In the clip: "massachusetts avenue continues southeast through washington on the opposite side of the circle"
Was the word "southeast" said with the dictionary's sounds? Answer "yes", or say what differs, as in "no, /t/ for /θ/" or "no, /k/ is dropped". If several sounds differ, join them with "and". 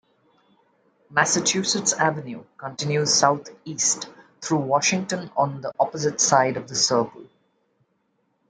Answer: no, /t/ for /θ/